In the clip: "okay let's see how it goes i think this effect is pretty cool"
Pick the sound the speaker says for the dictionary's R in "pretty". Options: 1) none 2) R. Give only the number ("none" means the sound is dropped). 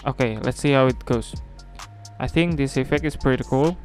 2